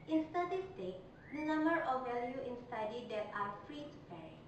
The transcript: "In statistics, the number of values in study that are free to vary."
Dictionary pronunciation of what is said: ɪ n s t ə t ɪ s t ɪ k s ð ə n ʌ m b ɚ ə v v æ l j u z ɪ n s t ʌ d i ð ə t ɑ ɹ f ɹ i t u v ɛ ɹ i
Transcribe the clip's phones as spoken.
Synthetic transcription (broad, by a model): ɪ n s t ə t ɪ s t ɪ k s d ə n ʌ m b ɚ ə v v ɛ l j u ɪ n s t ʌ d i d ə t ɑ ɹ f ɹ i t u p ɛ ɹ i